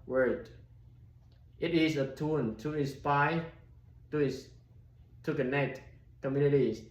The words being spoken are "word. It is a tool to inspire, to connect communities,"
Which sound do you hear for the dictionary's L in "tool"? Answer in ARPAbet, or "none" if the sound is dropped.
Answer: N